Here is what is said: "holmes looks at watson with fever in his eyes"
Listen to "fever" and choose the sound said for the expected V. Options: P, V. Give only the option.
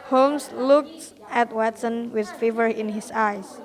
V